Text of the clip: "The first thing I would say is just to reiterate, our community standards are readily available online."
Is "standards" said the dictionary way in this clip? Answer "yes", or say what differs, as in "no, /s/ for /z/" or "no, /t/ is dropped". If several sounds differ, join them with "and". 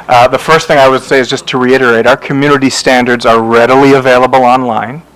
yes